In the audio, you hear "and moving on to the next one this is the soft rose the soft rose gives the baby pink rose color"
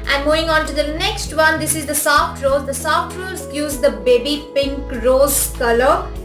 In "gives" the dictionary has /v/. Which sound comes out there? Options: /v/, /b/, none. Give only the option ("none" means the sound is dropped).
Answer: none